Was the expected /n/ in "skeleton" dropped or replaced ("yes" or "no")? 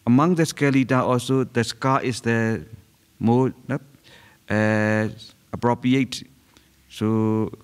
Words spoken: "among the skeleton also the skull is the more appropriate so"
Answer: yes